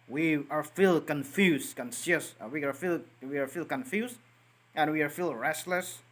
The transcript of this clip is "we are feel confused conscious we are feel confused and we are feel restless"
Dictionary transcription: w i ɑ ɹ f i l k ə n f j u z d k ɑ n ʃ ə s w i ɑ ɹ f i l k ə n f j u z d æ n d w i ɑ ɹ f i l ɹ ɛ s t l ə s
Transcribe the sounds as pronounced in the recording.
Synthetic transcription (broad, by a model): w i ɑ ɹ f i l k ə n f j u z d k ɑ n s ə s w i ɑ ɹ f i l k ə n f j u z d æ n w i ɑ ɹ f i l ɹ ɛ s t l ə s